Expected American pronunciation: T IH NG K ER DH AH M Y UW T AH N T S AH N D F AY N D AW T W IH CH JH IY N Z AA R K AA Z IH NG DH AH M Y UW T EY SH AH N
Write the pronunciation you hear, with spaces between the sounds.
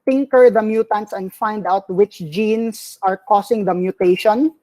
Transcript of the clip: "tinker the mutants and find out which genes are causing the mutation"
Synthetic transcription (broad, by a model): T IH NG K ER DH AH M Y UW T AH N T S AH N F AY N D AW T W IH CH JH IY N S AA R K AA S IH NG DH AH M Y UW T EY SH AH N